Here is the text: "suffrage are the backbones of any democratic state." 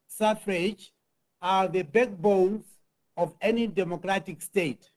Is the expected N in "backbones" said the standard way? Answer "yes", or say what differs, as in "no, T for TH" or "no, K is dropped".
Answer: no, L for N